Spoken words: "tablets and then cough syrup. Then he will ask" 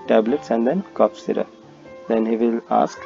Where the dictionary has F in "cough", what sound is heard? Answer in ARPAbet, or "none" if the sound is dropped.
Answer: P